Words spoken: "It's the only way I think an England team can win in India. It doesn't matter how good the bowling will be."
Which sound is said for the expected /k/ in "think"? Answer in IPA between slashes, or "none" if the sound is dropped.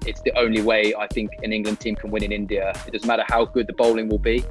/k/